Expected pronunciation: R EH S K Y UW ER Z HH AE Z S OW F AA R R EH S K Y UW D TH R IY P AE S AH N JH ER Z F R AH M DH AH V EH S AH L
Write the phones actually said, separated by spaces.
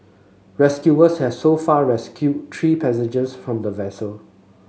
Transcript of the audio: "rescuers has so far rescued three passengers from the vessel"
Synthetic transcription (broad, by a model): R EH S K Y UW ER S HH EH S OW F AA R R EH S K Y UW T R IY P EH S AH JH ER S F R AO M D AH V EH S AH L